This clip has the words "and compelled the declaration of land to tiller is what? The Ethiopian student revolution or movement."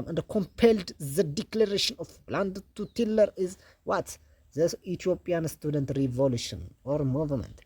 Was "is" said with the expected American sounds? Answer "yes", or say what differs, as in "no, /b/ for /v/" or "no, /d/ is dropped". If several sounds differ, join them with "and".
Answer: yes